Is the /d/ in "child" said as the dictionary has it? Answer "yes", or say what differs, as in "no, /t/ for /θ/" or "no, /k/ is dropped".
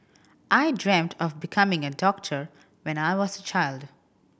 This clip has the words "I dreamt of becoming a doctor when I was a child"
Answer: yes